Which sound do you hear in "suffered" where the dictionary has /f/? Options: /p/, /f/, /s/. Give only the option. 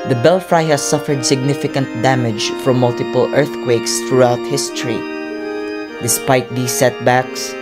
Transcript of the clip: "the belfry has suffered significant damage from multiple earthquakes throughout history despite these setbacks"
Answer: /f/